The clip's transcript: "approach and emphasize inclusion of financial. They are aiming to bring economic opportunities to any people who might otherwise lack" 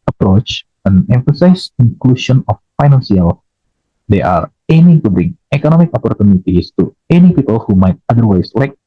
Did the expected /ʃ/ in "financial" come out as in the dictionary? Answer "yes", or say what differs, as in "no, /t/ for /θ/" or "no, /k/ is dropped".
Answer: no, /s/ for /ʃ/